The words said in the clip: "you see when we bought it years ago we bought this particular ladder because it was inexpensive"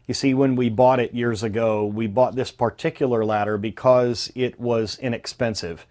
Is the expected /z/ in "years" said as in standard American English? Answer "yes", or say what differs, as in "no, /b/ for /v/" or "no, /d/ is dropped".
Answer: yes